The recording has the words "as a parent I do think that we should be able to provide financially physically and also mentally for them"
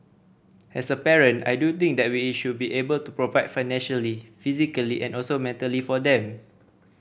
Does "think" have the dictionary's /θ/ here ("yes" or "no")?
no